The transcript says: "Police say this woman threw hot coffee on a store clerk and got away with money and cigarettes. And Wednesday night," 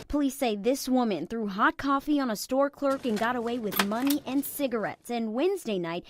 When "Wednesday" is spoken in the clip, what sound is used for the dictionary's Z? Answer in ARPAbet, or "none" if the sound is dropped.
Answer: Z